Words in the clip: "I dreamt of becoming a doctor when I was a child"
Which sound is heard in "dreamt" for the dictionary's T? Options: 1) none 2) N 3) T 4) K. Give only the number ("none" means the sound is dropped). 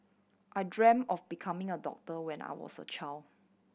1